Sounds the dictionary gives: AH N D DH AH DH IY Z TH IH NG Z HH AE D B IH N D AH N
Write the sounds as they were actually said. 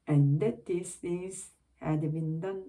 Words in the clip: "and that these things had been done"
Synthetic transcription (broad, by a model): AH N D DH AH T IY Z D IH Z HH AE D B IH N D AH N